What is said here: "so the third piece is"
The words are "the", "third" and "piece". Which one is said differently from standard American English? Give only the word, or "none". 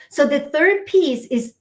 none